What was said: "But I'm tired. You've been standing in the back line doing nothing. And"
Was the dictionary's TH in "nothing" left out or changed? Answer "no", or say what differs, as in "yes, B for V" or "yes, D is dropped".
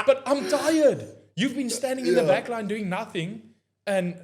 no